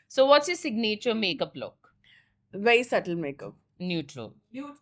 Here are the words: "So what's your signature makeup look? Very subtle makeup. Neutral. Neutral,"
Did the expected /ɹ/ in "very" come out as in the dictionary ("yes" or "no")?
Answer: no